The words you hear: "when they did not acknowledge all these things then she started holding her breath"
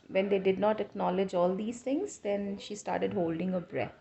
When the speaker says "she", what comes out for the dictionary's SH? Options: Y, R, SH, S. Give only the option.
SH